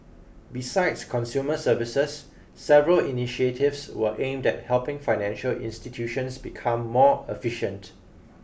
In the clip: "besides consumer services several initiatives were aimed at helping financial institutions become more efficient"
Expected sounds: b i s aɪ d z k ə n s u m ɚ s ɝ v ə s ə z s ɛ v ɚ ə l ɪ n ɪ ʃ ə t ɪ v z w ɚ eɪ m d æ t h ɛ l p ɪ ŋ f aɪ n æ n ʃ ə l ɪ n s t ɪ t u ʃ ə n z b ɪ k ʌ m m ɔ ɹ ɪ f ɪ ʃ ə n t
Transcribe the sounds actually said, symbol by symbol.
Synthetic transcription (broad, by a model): b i s aɪ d s k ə n s u m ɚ s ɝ v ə s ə s ɛ v ɚ ə l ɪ n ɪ ʃ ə t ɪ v s w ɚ eɪ m d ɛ t h ɛ l p ɪ ŋ f aɪ n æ n ʃ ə l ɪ n s t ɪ t u ʃ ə n s b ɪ k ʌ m m ɔ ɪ f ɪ ʃ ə n t